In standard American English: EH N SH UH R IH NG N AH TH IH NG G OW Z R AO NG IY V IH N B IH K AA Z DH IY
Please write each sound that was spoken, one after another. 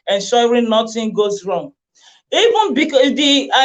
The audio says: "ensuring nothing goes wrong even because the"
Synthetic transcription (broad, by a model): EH N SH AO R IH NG N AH T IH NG G OW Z R AO NG IY V IH N B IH K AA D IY